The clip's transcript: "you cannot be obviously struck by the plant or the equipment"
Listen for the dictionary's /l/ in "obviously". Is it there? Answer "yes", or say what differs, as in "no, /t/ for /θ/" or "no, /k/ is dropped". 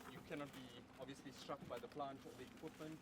yes